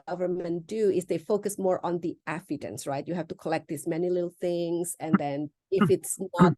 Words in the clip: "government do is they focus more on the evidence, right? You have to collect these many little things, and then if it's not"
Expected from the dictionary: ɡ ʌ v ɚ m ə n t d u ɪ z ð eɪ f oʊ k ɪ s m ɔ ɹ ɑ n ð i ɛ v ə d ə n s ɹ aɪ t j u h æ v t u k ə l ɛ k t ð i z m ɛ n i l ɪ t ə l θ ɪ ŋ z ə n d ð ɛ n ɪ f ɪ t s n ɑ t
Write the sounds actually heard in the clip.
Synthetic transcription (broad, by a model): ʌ v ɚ m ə n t d u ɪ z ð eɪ f oʊ k ɪ s m ɔ ɹ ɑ n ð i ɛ f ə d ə n s ɹ aɪ t j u h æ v t u k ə l ɛ k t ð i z m ɛ n i l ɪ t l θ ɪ ŋ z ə n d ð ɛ n ɪ f ɪ t s n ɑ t